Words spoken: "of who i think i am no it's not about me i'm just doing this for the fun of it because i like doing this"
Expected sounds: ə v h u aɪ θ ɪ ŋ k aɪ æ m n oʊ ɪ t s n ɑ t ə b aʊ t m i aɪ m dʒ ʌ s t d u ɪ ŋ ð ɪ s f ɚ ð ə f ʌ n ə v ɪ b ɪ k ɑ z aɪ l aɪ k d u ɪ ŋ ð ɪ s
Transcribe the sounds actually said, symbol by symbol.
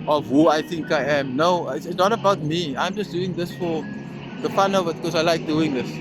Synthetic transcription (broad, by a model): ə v h u aɪ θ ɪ ŋ k aɪ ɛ m n oʊ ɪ s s n ɑ t ə b aʊ t m i aɪ m dʒ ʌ s d u ɪ ŋ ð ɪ s f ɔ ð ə f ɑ n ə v ɪ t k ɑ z aɪ l aɪ k d u ɪ ŋ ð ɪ s